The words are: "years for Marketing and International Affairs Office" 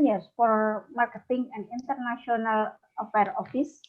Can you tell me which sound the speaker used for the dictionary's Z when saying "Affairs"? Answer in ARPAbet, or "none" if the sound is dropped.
none